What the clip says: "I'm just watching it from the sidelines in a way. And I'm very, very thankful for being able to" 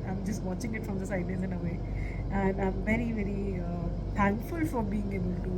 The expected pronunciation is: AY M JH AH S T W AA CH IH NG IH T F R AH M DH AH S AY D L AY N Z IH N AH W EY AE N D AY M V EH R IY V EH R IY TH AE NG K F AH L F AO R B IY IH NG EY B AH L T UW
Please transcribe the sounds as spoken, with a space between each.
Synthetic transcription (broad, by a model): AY M JH AH S T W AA CH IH NG IH T F R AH M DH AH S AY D AY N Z IH N AH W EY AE N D AY M V EH R IY V EH R IY T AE NG K F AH L F AO R B IY IH NG EY B AH L T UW